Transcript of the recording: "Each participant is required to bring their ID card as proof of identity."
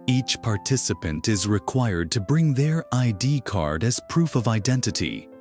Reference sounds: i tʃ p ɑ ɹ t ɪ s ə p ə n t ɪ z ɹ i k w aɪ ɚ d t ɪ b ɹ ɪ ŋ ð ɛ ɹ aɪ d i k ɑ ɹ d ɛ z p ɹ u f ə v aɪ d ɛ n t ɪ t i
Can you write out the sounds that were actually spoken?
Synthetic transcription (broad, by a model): i tʃ p ɑ ɹ t ɪ s ə p ə n t ɪ z ɹ i k w aɪ ɚ d t ɪ b ɹ ɪ ŋ ð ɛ ɹ aɪ d i k ɑ ɹ d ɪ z p ɹ u f ə v aɪ d ɛ n t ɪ t i